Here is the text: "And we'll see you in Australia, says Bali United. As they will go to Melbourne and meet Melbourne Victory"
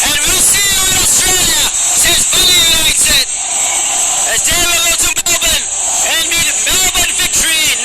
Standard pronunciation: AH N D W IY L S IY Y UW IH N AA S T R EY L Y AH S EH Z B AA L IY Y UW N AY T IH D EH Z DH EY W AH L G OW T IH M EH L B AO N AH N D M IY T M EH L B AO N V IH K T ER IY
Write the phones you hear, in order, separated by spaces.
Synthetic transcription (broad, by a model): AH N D W IY L S IY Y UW IH N AA S T R EY L Y AH S EH Z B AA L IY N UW IY S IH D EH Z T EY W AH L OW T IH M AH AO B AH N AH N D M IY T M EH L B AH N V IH K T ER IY